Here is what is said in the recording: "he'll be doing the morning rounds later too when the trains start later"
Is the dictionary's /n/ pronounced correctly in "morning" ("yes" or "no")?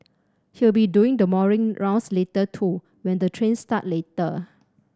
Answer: no